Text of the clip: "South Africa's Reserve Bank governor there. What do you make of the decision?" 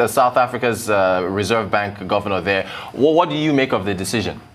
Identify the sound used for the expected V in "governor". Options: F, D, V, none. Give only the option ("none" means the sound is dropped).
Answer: V